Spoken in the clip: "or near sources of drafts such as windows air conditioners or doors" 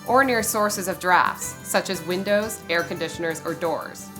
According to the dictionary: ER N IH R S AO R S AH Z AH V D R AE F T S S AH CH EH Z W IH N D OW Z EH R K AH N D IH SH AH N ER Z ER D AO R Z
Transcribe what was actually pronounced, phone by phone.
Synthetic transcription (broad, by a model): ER N IH R S AO R S AH Z AH V D R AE F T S S AH CH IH Z W IH N D OW Z EH R K AH N D IH SH AH N ER Z ER D AO R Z